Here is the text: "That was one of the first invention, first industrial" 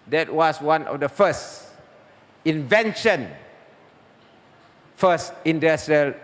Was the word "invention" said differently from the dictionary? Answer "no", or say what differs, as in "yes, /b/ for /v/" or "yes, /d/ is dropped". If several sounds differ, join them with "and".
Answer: no